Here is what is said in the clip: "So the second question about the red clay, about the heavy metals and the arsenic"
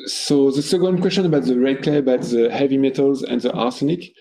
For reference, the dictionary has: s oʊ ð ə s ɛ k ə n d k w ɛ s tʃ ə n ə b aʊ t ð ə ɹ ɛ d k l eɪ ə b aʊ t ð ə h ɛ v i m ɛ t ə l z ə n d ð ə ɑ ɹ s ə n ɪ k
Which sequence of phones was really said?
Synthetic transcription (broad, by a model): s oʊ ð ə s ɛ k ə n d k w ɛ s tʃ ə n ə b aʊ t ð ə ɹ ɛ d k l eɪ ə b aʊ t ð ə h ɛ v i m ɛ t ə l z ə n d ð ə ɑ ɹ s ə n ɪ k